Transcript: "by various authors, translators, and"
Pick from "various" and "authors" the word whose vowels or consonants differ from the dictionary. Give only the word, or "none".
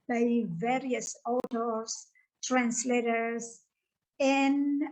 authors